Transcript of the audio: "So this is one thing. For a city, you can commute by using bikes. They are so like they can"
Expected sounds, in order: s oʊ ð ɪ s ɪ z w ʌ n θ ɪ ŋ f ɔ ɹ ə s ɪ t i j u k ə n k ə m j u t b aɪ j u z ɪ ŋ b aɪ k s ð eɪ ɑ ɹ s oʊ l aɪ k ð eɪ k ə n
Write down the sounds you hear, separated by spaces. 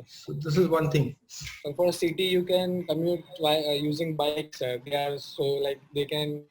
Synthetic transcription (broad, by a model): s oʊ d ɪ s ɪ z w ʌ n t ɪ ŋ f ɔ ɹ ə s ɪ t i j u k ə n k ə m j u t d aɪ j u z ɪ ŋ b aɪ k s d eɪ ɑ ɹ s oʊ l aɪ k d eɪ k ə n